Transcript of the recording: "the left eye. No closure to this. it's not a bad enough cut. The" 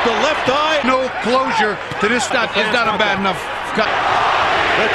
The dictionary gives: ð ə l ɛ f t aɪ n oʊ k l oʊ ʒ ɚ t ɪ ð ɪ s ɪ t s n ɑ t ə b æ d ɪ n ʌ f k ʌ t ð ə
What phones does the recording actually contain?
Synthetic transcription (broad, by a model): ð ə l ɛ f t aɪ n oʊ k l oʊ ʒ ɚ t ɪ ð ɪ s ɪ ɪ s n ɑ t ə b æ d ɪ n ʌ f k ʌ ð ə